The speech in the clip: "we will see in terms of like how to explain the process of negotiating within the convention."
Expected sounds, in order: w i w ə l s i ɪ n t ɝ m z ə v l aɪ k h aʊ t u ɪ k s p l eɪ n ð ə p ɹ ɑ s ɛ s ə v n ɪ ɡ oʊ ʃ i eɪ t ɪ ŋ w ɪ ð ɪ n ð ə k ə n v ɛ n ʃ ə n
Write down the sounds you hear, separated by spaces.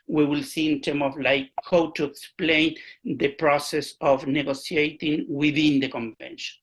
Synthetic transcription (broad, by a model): w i w ə l s i ɪ n t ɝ m ə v l aɪ k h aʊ t u ɪ k s p l eɪ n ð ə p ɹ ɑ s ɛ s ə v n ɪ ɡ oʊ s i eɪ t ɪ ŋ w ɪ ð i n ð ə k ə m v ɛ n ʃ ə n